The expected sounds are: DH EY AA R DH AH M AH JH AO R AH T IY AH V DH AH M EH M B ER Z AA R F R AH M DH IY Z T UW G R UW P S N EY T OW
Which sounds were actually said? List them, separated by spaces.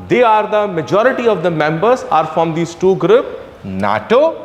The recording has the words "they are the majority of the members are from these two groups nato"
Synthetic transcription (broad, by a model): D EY AA R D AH M AH JH AO R AH T IY AH V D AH M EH M B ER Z AA R F R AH M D IY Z T UW G R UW P N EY T OW